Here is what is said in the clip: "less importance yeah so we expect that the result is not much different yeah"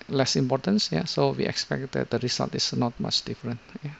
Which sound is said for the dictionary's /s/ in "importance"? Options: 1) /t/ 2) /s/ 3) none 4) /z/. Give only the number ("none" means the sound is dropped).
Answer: 2